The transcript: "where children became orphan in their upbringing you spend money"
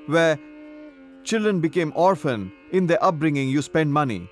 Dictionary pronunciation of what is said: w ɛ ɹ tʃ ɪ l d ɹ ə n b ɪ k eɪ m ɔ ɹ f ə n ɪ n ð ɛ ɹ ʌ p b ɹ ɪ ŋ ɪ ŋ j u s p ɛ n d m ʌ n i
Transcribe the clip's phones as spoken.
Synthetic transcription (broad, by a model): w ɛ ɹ tʃ ɪ l d ɹ ə n b ɪ k eɪ m ɔ ɹ f ə n ɪ n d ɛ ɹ ʌ p b ɹ ɪ ŋ ɪ ŋ j u s p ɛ n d m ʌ n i